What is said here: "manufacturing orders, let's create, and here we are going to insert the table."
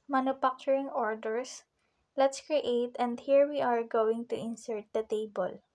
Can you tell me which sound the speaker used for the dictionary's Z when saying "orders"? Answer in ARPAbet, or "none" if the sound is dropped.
S